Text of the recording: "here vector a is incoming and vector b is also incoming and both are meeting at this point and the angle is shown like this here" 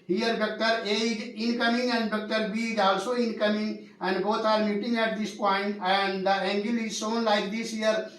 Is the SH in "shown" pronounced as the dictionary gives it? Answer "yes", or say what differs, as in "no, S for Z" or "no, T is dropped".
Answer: no, S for SH